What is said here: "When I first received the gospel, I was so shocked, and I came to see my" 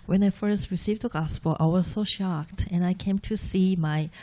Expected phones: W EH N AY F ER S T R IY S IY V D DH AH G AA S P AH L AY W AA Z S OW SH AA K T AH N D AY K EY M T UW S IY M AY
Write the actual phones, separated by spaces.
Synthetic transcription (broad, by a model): W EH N AY F ER S T R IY S IY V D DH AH G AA S P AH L AY W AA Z S OW SH AA K T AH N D AY K EY M T UW S IY M AY